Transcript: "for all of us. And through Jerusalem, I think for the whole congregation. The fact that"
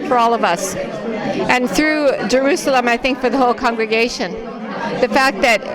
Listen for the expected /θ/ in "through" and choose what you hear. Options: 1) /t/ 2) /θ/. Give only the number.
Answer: 2